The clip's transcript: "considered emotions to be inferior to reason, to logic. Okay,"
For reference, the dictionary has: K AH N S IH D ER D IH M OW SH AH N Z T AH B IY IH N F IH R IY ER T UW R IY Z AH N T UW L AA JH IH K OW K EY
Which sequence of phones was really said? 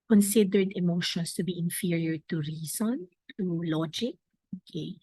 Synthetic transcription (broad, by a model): K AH N S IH D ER D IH M OW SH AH N S T AH B IY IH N F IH R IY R T UW R IY S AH N T UW L AA JH IH K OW K EY